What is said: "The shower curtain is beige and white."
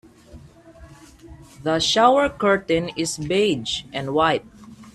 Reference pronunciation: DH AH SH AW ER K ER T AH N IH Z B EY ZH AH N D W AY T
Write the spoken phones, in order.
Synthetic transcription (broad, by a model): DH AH SH AW ER K ER T AH N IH S B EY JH AH N D W AY T